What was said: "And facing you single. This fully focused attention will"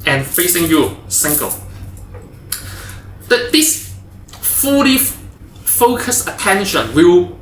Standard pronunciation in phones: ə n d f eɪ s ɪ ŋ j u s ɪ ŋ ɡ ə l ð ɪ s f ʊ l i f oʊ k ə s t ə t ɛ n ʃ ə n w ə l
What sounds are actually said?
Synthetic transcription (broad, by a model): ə n f eɪ s ɪ ŋ j u s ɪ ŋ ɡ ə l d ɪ s f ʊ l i f oʊ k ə s ə t ɛ n ʃ ə n w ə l